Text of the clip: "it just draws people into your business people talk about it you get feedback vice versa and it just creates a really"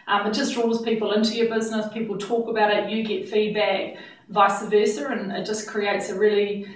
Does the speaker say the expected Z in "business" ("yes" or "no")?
yes